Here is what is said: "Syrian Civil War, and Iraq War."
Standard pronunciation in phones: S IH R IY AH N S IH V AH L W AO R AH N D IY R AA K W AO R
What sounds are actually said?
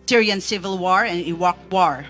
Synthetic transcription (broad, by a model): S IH R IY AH N S IH V AH L W AO R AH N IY W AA K W AO R